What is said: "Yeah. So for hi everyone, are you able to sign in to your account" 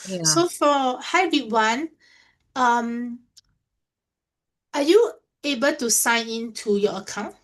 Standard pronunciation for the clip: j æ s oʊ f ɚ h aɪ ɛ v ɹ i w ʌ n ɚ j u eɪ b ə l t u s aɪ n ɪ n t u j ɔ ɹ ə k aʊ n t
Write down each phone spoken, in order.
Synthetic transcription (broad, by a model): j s s oʊ f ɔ h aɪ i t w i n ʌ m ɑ j u eɪ b ə l t u s aɪ n ɪ n t u j ɔ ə k aʊ n t